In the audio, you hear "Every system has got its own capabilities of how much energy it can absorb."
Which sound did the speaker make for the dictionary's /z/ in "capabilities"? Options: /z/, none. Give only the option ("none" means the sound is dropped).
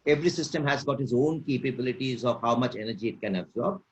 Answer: /z/